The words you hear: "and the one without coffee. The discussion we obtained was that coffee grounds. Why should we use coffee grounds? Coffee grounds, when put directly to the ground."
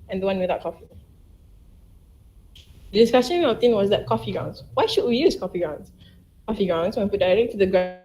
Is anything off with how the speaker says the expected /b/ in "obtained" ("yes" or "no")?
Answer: yes